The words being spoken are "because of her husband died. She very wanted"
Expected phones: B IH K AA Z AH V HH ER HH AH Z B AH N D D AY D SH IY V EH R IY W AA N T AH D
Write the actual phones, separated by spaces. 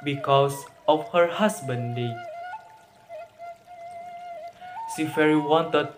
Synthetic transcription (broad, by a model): B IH K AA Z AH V HH ER HH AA S B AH N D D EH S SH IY F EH R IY W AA N T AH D